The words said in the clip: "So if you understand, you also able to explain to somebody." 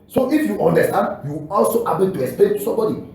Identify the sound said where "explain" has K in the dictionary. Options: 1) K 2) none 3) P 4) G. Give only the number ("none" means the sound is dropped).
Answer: 2